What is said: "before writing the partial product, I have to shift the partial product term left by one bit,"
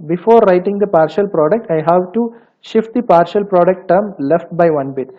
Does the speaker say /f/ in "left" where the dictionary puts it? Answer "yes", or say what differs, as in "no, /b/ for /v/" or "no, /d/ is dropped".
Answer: yes